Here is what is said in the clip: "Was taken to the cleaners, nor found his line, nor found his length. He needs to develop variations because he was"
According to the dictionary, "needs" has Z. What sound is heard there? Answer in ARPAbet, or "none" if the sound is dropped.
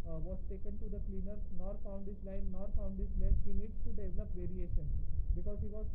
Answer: none